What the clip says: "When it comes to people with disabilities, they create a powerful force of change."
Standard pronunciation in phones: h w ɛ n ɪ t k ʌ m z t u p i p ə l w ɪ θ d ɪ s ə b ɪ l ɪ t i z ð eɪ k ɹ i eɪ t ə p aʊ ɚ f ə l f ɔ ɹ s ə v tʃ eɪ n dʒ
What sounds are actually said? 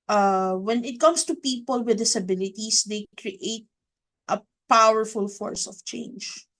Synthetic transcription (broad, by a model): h w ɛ n ɪ t k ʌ m s t u p i p ə l w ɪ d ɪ s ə b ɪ l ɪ t i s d eɪ k ɹ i eɪ t ə p aʊ ɚ f ə l f ɔ ɹ s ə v tʃ eɪ n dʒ